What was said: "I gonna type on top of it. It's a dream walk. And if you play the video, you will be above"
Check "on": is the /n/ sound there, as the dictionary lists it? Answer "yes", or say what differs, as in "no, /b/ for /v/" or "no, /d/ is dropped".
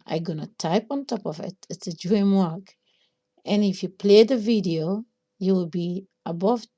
yes